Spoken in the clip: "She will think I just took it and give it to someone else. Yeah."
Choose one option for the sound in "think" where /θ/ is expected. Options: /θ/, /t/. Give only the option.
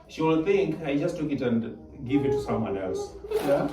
/t/